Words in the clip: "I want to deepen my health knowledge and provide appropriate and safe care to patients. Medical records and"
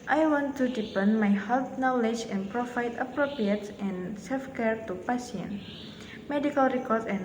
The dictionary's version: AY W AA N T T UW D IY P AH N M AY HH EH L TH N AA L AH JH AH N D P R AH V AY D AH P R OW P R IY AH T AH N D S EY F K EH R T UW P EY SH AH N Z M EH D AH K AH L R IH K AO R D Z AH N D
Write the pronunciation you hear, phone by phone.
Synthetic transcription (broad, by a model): AY W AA N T T UW D IY P AH N M AY HH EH L T N AA L AH JH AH N P R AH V AY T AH P R OW P R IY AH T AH N S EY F K EH R T UW P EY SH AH N M EH D AH K AH L R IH K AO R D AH N